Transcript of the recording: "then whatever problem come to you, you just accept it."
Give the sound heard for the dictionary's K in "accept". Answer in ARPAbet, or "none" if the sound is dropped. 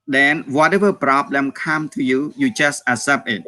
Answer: none